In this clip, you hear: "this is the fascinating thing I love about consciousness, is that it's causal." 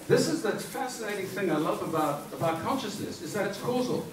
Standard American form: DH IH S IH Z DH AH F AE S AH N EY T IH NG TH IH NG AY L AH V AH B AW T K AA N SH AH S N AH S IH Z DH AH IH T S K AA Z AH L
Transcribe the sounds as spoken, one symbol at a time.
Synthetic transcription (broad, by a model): DH IH S IH Z DH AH F AE S AH N EY T IH NG TH IH NG AY L AH V AH B AW T K AA N SH AH S N AH S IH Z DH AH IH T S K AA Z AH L